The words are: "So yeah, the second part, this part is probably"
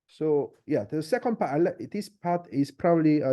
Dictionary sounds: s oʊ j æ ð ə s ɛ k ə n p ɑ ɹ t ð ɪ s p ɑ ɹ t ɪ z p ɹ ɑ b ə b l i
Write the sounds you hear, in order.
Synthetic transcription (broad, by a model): s oʊ j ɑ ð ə s ɛ k ə n p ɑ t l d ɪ s p ɑ t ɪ s p ɹ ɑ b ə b l i